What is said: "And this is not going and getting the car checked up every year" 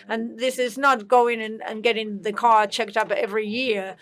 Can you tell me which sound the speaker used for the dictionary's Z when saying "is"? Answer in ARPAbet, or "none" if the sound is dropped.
Z